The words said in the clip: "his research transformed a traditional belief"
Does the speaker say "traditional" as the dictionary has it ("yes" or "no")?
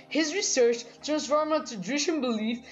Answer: no